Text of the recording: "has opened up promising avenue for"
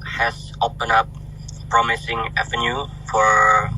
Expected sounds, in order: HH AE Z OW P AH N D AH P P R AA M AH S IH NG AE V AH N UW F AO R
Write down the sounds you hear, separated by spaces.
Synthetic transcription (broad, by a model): HH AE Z OW P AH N AH P P R AA M AH S IH NG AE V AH N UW F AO R